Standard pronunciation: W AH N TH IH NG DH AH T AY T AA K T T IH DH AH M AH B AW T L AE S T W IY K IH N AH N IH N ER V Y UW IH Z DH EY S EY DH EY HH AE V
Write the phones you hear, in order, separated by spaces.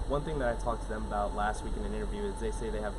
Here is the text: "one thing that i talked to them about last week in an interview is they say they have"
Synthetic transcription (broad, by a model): W AH N TH IH NG DH AH T AY T AA K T T IH DH AH M AH B AW T L AE S T W IY K IH N AH N IH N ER V Y UW IH Z DH EY S EY DH EY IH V